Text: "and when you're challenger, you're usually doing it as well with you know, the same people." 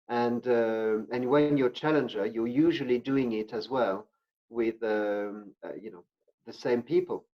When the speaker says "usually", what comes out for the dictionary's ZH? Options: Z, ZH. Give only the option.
ZH